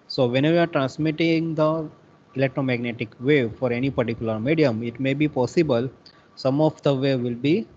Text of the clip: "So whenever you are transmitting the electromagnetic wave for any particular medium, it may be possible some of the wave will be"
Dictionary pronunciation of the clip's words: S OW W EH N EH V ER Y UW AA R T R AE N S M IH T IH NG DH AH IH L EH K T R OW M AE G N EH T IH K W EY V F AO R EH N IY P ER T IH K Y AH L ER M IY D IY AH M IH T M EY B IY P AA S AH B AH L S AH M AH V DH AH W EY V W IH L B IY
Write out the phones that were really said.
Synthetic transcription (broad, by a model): S OW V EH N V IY AA R T R AE N S M IH T IH NG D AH IH L EH K T R OW M AE G N EH T IH K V EY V F AO R EH N IY P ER T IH K Y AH L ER M IY D IY AH M IH T M EY B IY P AA S AH B AH L S AH M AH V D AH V EY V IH L B IY